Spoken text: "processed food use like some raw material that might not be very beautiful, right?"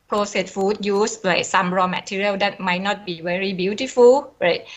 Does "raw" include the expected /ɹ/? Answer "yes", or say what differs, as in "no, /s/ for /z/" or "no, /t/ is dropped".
yes